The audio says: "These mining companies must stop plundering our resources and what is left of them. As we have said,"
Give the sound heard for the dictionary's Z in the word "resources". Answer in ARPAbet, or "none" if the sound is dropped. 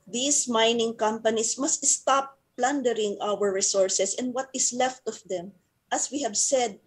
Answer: S